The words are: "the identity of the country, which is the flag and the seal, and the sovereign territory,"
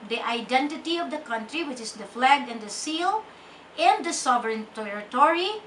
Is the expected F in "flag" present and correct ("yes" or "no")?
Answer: yes